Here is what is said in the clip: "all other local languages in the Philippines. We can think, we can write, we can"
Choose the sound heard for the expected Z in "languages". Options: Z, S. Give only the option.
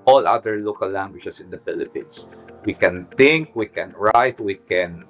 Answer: S